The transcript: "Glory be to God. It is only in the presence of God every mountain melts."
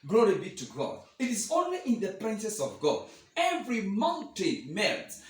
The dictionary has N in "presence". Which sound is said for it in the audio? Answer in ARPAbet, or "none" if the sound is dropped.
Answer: none